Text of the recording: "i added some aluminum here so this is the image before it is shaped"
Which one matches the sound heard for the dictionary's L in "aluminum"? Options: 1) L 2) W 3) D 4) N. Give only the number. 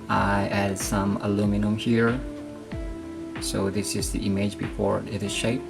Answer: 1